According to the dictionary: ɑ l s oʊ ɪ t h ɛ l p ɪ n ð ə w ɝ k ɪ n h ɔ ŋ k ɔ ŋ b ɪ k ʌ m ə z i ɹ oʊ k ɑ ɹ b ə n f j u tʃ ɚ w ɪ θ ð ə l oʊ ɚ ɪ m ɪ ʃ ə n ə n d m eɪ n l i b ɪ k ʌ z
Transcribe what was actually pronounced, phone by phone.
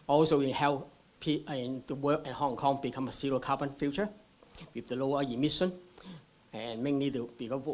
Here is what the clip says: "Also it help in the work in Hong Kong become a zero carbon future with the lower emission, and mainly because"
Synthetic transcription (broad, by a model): ɑ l s oʊ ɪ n h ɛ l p ɪ n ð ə w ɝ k ɪ n h ɔ ŋ k ɔ ŋ b ɪ k ʌ m ə s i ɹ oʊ k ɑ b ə n f j u tʃ ɚ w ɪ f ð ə l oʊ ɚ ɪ m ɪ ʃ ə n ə n m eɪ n l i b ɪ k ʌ